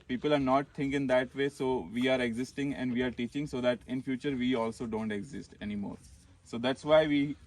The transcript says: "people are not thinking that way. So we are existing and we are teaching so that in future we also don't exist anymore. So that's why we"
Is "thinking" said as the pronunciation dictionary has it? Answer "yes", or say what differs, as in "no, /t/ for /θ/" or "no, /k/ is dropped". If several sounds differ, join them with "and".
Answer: no, /t/ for /θ/